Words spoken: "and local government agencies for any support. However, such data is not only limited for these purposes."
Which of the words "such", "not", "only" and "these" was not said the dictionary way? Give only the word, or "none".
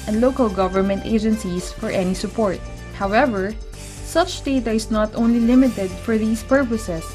these